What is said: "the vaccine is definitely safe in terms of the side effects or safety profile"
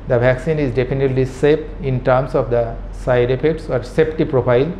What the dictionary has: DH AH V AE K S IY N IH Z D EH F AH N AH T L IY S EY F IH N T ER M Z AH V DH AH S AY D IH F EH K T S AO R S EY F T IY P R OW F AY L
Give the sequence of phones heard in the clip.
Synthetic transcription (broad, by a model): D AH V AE K S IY N IH Z D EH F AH N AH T L IY S EY P IH N T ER M S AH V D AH S AY D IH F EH K T S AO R S EY P T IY P R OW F AY L